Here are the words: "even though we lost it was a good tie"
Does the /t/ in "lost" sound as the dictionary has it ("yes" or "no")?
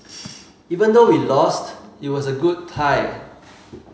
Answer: yes